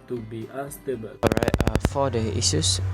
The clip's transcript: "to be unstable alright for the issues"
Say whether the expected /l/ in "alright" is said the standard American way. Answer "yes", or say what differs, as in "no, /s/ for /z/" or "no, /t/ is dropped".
no, /l/ is dropped